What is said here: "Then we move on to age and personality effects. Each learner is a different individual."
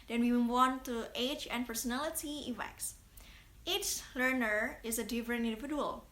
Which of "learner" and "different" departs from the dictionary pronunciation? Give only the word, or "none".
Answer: different